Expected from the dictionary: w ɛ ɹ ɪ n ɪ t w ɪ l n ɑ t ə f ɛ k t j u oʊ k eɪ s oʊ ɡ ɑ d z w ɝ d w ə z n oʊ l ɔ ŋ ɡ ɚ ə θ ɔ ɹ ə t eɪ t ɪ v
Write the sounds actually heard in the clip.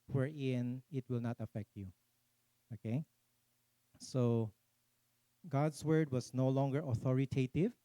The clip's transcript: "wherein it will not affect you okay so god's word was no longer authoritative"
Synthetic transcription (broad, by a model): w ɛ ɹ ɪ n ɪ t w ɪ l n ɑ t ə f ɛ k t j u oʊ k eɪ s oʊ ɡ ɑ d s w ɝ d w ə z n oʊ l ɔ ŋ ɡ ɚ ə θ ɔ ɹ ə t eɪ t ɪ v